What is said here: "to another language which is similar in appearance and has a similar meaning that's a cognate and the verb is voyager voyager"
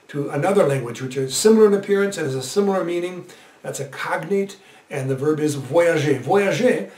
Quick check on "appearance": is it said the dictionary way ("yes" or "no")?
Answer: yes